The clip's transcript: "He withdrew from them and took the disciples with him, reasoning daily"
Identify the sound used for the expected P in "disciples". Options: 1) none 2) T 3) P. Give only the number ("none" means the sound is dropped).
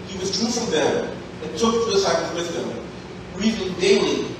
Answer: 1